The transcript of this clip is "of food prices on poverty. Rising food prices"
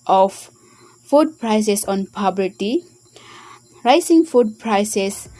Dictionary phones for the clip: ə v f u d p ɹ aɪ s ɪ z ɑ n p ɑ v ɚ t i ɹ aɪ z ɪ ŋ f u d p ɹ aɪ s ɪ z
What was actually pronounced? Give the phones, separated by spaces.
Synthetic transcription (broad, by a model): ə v f u d p ɹ aɪ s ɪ s ɑ n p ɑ b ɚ t i ɹ aɪ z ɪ ŋ f u d p ɹ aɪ s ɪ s